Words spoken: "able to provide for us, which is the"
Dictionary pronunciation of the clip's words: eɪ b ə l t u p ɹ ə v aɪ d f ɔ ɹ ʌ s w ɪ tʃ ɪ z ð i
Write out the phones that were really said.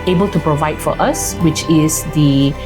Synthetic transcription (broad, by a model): eɪ b ə l t u p ɹ ə v aɪ d f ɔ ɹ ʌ s w ɪ tʃ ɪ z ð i